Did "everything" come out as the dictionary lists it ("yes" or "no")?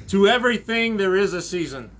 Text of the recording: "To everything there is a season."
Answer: yes